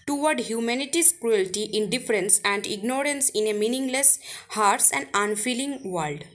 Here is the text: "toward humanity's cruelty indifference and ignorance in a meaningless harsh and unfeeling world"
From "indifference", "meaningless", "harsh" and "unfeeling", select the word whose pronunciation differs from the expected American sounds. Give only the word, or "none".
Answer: harsh